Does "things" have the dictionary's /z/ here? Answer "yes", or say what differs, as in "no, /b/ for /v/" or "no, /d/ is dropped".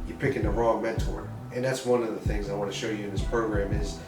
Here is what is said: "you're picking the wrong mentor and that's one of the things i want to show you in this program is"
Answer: yes